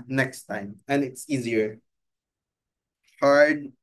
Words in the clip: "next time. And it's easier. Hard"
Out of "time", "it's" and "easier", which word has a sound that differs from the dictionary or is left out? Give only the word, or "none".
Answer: none